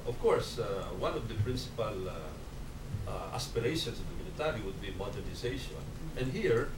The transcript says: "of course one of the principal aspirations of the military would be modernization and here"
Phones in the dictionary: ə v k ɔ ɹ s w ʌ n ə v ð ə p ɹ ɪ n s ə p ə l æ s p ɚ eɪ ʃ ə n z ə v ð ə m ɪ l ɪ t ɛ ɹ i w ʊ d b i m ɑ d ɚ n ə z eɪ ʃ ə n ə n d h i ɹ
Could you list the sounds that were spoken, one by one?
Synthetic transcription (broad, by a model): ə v k ɔ ɹ s w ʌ n ə v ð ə p ɹ ɪ n s ə p ə l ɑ s p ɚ eɪ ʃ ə n s ə v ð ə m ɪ n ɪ t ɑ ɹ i w ʊ d b i m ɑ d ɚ n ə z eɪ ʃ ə n ə n d h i ɹ